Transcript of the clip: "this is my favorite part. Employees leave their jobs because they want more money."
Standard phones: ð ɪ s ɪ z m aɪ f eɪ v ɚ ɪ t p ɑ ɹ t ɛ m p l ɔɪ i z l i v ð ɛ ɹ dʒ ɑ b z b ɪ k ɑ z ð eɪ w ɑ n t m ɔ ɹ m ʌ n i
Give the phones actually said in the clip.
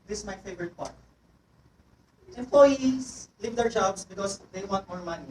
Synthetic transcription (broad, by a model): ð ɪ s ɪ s m aɪ f eɪ v ɚ ɪ t p ɑ ɹ t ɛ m p l ɔɪ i s l i v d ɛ ɹ dʒ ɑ b s b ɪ k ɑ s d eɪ w ɑ n t m ɔ ɹ m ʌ n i